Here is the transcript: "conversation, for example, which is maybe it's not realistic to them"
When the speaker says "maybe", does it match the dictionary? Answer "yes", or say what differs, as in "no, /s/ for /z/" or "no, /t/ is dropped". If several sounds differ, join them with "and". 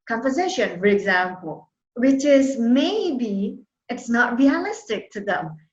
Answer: yes